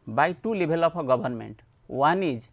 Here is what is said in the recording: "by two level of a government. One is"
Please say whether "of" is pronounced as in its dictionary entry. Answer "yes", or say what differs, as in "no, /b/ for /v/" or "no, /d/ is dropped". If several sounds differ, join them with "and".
no, /p/ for /v/